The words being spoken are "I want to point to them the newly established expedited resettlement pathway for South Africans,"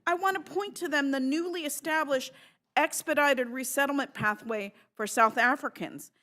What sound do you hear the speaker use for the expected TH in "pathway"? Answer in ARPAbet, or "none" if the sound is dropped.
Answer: TH